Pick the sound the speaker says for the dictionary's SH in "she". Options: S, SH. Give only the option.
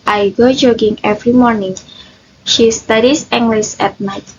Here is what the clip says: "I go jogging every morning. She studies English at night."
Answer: SH